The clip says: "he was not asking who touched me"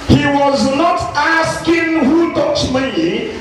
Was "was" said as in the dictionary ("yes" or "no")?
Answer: yes